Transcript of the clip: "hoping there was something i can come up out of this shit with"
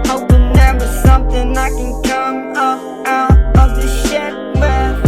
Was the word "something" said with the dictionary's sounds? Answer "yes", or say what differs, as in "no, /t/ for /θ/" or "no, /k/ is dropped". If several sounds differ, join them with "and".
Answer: yes